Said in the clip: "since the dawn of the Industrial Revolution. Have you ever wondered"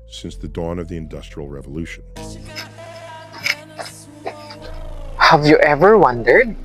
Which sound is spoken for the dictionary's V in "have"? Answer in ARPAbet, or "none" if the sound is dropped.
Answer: V